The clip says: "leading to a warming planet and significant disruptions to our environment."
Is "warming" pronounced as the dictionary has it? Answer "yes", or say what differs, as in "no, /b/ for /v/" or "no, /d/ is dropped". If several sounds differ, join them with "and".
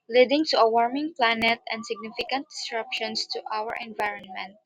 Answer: yes